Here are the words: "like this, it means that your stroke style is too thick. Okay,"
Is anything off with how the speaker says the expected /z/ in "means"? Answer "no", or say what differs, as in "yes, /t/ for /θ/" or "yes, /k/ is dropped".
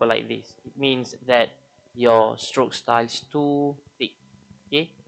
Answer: yes, /s/ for /z/